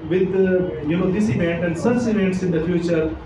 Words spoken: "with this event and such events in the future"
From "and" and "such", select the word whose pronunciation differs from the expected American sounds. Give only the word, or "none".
such